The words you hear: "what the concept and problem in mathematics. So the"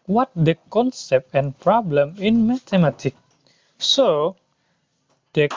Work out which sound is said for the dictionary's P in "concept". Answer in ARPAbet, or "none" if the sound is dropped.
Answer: P